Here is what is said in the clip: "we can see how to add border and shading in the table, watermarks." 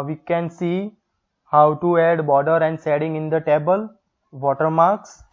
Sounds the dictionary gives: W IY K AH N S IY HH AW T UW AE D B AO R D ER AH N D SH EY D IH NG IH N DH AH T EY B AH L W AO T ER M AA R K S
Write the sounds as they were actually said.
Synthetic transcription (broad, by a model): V IY K AH N S IY HH AW T UW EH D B AO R D ER AH N D S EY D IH NG IH N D AH T EY B AH L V AO T ER M AA R K S